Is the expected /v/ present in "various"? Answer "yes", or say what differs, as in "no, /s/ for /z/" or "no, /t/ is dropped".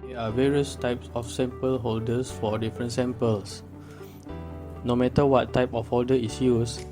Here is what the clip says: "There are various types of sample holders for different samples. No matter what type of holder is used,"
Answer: yes